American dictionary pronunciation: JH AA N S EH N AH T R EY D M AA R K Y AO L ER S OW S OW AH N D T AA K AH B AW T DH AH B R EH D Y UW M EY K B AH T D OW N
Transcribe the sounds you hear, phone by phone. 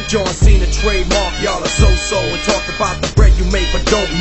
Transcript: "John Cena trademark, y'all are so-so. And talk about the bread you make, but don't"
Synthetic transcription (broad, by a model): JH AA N S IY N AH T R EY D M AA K Y AO L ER S OW S OW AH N T AA K AH B AW T DH AH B R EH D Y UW M EY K B AH T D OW